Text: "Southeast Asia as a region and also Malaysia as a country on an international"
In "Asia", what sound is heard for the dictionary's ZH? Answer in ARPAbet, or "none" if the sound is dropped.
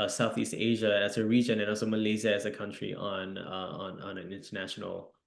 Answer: ZH